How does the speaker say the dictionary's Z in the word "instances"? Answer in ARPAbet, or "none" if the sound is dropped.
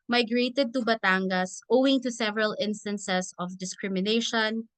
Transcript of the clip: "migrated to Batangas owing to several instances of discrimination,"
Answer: S